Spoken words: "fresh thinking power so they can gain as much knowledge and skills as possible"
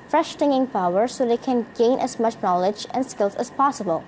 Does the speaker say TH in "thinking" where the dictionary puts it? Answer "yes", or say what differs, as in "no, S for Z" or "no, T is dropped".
no, T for TH